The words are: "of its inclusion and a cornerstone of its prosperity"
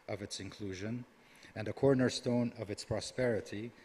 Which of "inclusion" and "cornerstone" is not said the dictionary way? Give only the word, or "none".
none